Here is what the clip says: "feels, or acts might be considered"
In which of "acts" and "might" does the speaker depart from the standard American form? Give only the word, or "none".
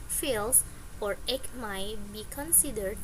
acts